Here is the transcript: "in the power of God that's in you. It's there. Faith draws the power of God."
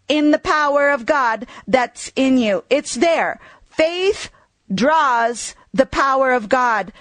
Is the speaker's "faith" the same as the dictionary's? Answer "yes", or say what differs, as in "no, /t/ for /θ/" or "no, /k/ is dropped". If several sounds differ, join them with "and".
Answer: yes